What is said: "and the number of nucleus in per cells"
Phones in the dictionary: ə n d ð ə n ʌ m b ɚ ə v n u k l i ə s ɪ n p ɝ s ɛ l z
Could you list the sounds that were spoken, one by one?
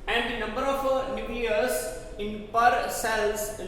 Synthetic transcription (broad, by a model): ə n d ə n ʌ m b ɚ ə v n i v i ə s ɪ n p ɝ s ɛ l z